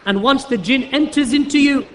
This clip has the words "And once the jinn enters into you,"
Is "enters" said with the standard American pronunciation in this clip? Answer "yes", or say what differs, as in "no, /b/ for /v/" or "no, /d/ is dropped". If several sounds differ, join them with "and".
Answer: yes